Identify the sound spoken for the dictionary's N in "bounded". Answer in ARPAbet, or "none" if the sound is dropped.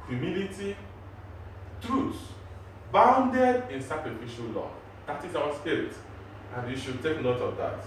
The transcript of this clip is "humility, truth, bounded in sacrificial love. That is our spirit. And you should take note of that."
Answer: N